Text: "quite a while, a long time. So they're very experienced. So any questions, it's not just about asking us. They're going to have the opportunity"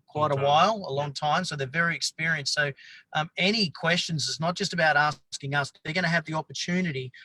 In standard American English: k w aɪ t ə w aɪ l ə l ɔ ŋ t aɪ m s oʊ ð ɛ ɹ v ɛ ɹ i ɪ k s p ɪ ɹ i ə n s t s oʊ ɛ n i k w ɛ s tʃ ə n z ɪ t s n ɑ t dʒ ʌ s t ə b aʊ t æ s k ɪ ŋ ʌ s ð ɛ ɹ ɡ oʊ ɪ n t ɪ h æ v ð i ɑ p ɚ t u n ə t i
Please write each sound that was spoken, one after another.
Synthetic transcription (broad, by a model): k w aɪ t ə w aɪ l ə l ɔ ŋ t aɪ m s oʊ ð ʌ ɹ v ɛ ɹ i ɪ k s p ɪ ɹ i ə n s s oʊ ɛ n i k w ɛ s tʃ ə n z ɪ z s n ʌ t dʒ ʌ s t ə b aʊ t æ s k ɪ ŋ ʌ s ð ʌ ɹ ɡ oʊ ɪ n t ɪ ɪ v ð i ɑ p ɚ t u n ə t i